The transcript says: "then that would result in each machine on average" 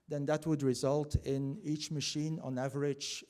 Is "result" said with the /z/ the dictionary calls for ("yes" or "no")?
yes